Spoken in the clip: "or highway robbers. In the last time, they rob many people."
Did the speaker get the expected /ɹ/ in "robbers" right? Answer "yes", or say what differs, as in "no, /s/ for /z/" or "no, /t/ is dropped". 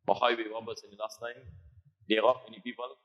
no, /w/ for /ɹ/